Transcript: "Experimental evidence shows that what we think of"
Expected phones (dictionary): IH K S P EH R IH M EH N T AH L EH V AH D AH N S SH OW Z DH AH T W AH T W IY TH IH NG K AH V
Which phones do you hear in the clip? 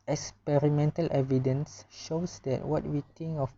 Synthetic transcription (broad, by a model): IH K S P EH R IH M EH N T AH L EH V AH D AH N S SH OW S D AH T W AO T W IY T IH NG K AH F